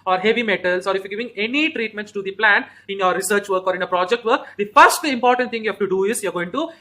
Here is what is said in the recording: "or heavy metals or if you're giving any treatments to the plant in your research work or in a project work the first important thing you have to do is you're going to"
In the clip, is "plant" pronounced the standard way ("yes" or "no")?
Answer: no